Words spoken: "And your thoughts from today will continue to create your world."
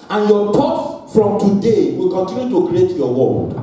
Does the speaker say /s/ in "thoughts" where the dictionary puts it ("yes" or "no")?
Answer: no